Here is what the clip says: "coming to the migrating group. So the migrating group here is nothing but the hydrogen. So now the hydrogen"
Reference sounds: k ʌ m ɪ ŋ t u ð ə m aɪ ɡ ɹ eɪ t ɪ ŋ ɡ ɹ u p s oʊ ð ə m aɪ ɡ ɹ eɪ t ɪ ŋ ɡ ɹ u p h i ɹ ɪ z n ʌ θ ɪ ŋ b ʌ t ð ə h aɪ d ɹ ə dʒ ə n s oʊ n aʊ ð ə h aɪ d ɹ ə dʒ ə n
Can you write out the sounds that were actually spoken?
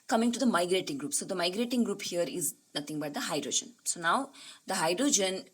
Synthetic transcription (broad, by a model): k ʌ m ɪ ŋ t u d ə m aɪ ɡ ɹ eɪ t ɪ ŋ ɡ ɹ u p s oʊ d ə m aɪ ɡ ɹ eɪ t ɪ ŋ ɡ ɹ u p h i ɹ ɪ z n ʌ t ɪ ŋ b ʌ t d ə h aɪ d ɹ ə dʒ ə n s oʊ n aʊ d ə h aɪ d ɹ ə dʒ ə n